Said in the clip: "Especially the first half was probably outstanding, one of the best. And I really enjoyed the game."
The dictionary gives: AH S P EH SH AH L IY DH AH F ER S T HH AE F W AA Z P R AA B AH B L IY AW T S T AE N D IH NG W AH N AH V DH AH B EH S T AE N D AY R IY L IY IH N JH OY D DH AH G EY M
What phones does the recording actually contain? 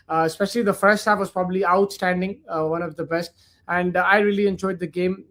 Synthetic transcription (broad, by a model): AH S P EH SH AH L IY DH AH F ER S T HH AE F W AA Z P R AA B AH B L IY AW T S T AE N D IH NG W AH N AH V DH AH B EH S T AE N D AY R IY L IY IH N JH OY D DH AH G EY M